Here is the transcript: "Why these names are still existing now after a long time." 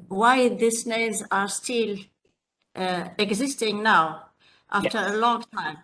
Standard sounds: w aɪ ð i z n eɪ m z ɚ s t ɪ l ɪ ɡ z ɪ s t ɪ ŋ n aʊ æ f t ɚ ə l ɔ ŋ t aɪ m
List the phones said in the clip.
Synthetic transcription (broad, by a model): w aɪ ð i s n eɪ z ɚ s t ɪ l ɪ ɡ z ɪ s t ɪ ŋ n aʊ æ f t ɚ ə l ɔ ŋ t aɪ m